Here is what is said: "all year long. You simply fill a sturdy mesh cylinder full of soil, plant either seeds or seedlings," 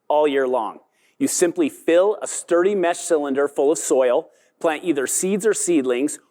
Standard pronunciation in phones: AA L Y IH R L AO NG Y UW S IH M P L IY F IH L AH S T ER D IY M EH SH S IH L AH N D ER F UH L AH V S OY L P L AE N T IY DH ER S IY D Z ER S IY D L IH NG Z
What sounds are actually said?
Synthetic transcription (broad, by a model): AA L Y IH R L AO NG Y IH S IH M P L IY F IH L AH S T ER D IY M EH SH S IH L AH N D ER F UH L AH V S OY L P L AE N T IY DH ER S IY D Z ER S IY D L IH NG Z